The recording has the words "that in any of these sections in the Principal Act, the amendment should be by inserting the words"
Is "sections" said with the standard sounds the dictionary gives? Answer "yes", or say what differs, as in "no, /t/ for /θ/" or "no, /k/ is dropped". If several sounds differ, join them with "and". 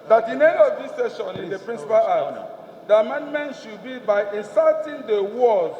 no, /k/ is dropped and /z/ is dropped